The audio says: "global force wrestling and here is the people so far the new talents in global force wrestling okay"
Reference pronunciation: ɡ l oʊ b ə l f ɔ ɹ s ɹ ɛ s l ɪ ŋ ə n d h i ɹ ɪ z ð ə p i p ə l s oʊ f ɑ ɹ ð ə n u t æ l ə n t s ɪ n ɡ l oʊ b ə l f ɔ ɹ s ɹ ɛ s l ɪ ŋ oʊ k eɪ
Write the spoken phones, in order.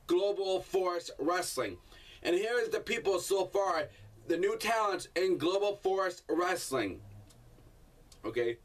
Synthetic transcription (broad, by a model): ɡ l oʊ b l f ɔ ɹ s ɹ ɛ s l ɪ ŋ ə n h i ɹ ɪ z ð ə p i p l s oʊ f ɑ ɹ ð ə n u t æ l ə n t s ɪ n ɡ l oʊ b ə l f ɔ ɹ s ɹ ɛ s l ɪ ŋ oʊ k eɪ